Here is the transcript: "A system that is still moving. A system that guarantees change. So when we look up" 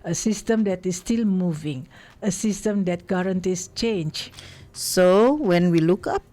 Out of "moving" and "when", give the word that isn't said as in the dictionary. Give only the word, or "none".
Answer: none